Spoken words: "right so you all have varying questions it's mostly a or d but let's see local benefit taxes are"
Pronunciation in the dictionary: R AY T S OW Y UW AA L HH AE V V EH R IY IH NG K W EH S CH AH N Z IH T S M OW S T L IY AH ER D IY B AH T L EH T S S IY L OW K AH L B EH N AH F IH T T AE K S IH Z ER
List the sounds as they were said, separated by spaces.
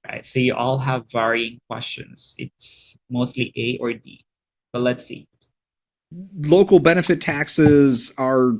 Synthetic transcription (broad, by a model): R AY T S OW Y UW AA L HH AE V V EH R IY IH NG K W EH S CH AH N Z IH T S M OW S T L IY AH ER D IY B AH T L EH T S S IY L OW K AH L B EH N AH F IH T T AE K S IH Z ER